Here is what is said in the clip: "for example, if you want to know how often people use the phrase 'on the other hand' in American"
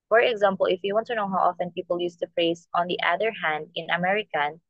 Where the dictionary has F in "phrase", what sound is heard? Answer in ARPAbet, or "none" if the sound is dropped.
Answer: P